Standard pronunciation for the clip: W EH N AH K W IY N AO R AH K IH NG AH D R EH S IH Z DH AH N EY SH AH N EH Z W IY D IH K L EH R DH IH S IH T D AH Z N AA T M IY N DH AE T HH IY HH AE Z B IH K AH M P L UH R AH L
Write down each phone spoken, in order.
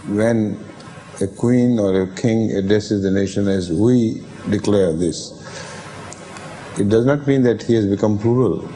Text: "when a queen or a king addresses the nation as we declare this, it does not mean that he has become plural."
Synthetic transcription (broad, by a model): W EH N AH K W IY N AO R AH K IH NG AH D R EH S IH Z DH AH N EY SH AH N EH Z W IY D IH K L EH R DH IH S IH T D AH Z N AA T M IY N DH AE T HH IY HH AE Z B IH K AH M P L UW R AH L